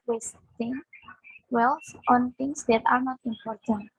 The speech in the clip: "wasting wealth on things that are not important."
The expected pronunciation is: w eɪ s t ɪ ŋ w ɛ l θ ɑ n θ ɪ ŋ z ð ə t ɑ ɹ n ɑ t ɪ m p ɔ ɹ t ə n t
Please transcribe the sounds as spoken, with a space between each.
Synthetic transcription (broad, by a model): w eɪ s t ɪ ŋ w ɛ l s ɑ n t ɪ ŋ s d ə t ɑ ɹ n ɑ t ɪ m p ɔ ɹ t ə n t